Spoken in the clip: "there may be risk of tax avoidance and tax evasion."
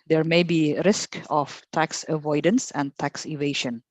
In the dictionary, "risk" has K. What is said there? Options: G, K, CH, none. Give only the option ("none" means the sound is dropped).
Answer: K